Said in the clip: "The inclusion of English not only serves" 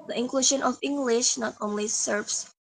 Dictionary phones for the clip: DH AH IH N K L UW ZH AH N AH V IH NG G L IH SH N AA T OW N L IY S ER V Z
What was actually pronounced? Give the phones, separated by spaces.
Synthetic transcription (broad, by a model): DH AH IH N K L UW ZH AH N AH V IH NG G L IH SH N AA T OW N L IY S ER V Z